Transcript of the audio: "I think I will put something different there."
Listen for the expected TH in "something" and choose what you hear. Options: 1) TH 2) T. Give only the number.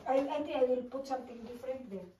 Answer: 2